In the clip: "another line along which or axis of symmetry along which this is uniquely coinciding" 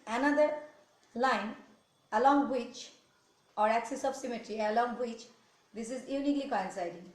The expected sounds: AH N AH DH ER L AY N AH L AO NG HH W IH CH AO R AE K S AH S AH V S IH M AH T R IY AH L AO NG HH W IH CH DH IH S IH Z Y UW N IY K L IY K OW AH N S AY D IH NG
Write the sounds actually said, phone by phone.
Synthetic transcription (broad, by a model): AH N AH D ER L AY N AH L AO NG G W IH CH AO R AE K S AH S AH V S IH M AH T R IY AH L AO NG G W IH CH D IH S IH Z Y UW N IY K L IY K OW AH N S AY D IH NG